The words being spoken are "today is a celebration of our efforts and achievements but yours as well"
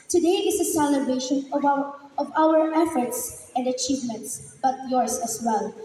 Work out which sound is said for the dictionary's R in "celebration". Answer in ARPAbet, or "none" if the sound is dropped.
none